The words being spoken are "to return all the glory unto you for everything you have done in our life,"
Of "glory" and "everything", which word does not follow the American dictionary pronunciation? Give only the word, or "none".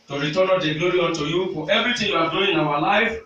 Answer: everything